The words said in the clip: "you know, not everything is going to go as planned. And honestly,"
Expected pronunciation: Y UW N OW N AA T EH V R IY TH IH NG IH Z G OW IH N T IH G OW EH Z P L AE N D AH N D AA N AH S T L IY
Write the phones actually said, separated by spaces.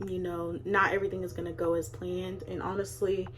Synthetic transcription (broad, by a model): Y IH N OW N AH T EH V R IY TH IH NG IH Z G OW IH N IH G OW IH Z P L AE N D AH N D AA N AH S T L IY